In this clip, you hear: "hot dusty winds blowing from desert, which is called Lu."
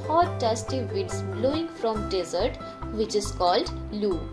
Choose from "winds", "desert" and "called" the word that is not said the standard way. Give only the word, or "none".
winds